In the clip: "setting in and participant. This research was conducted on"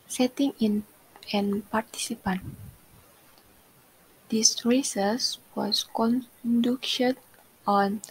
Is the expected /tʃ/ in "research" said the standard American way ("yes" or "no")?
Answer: no